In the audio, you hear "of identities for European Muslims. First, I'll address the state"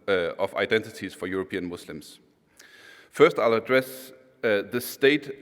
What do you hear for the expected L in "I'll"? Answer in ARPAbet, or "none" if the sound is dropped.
L